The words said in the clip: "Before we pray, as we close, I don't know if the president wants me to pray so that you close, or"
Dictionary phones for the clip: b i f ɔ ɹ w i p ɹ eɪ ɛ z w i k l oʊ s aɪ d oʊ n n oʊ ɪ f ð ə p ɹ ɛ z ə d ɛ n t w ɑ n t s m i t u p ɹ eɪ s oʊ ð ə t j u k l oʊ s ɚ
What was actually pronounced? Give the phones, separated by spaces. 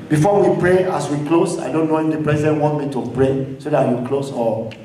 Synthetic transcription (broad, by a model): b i f ɔ w i p ɹ eɪ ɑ s w i k l oʊ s aɪ d oʊ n n oʊ ɪ f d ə p ɹ ɛ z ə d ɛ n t w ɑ n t m i t u p ɹ eɪ s oʊ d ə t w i k l oʊ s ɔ